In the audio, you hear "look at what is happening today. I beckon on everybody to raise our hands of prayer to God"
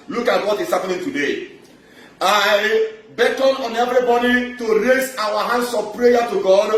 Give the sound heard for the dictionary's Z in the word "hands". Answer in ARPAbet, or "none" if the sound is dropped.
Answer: S